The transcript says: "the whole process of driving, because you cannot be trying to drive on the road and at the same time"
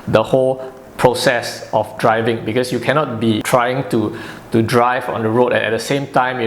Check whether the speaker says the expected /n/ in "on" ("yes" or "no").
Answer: yes